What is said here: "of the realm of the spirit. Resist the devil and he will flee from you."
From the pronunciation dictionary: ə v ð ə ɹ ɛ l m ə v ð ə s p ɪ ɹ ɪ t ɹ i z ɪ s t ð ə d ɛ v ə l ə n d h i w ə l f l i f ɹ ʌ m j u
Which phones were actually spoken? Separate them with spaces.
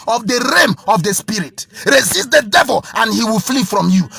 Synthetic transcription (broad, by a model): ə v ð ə ɹ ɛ m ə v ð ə s p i ɹ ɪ t ɹ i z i s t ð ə d ɛ v ə l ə n h i w ə l f l i f ɹ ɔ m j u